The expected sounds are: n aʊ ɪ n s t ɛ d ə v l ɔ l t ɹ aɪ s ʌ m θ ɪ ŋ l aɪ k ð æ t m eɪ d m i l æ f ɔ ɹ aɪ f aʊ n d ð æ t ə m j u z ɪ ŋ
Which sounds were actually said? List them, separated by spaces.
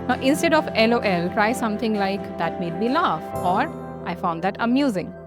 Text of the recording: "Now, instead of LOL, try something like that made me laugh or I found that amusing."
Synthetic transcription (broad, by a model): n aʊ ɪ n s t ɛ d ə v l ɔ l t ɹ aɪ s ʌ m t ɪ ŋ l aɪ k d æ t m eɪ d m i l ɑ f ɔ ɹ aɪ f aʊ n d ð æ t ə m j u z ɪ ŋ